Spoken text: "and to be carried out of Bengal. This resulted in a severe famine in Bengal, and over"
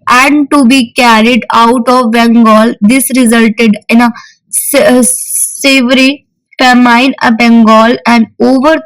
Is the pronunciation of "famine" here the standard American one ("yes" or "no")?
no